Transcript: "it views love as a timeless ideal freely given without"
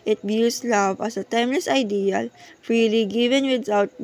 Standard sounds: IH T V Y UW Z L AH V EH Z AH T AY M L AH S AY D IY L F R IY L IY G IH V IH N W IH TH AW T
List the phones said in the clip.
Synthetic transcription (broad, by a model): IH T B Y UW S L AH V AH S AH T AY M L AH S AY D IY L F R IY L IY G IH V IH N W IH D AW T